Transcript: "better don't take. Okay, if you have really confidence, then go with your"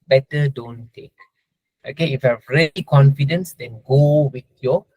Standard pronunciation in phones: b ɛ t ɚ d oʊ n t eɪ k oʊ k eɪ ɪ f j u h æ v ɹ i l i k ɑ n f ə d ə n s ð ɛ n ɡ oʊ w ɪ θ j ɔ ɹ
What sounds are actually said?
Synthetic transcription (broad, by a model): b ɛ t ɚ d oʊ n t eɪ k oʊ k eɪ ɪ f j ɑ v ɹ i i k ɑ n f ə d ə n s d ɛ n ɡ oʊ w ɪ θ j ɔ